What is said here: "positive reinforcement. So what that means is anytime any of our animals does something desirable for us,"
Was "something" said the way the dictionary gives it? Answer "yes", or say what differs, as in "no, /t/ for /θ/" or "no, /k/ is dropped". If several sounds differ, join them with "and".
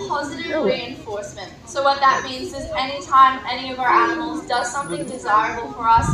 yes